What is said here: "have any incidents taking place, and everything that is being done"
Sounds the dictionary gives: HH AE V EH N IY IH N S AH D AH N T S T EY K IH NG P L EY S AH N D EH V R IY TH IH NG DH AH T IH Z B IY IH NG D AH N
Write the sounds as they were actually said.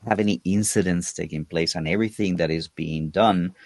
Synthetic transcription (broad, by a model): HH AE V EH N IY IH N S AH D AH N T S T EY K IH NG P L EY S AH N EH V R IY TH IH NG DH AH T IH Z B IY IH NG D AH N